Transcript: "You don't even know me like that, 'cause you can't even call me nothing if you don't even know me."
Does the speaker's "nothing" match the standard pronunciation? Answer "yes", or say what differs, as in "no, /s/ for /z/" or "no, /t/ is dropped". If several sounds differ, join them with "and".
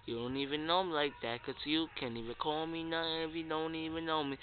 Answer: no, /t/ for /θ/